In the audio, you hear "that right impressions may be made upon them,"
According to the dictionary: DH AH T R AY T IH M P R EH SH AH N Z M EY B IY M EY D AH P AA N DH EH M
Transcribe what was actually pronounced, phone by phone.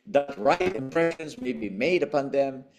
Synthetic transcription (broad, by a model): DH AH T R AY T IH M P R EH SH AH N Z M EY B IY M EY D AH P AA N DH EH M